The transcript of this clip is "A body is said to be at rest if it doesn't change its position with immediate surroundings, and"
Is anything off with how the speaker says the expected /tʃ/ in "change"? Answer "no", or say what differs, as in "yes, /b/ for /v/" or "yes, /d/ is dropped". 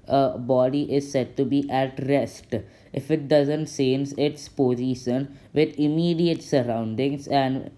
yes, /s/ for /tʃ/